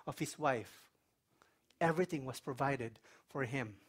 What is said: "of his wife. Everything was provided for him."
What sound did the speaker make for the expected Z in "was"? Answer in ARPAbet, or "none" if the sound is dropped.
S